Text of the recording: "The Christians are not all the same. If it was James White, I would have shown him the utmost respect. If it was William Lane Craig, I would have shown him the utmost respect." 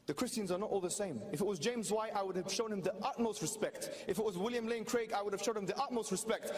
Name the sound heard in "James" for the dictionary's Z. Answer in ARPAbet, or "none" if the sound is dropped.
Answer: Z